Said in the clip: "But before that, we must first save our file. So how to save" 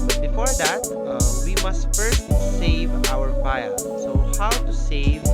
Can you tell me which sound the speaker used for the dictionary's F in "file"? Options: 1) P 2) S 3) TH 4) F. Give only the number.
1